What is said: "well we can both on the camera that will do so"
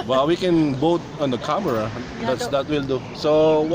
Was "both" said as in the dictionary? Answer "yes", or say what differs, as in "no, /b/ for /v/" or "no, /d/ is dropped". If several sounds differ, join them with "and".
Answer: no, /t/ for /θ/